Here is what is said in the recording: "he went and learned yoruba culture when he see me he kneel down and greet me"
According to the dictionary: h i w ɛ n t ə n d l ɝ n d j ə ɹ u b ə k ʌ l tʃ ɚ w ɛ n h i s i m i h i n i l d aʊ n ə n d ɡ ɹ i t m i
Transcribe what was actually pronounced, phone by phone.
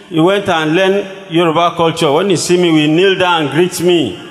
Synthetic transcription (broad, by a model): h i w ɛ n t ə n l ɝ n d j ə ɹ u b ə k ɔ l tʃ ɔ w ɛ n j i s i m i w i n i l d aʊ ə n ɡ ɹ i t m i